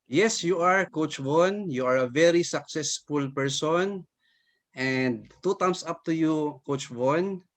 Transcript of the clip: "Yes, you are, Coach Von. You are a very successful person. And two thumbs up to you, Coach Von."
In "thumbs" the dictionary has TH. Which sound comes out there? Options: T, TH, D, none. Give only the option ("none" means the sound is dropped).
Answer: T